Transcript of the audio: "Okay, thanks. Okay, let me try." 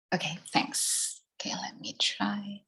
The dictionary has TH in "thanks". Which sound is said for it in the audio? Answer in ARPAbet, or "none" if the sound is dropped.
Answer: TH